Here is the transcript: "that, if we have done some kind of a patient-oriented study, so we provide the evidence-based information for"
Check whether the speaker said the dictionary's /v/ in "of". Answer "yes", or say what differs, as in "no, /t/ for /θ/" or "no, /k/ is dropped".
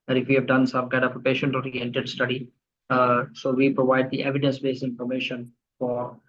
no, /p/ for /v/